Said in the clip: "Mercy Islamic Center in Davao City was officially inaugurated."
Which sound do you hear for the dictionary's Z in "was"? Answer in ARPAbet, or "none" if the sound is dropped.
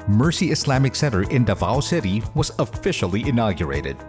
Z